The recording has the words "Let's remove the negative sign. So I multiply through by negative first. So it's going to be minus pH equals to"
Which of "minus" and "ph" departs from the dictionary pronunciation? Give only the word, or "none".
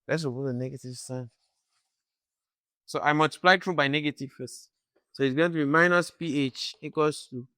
none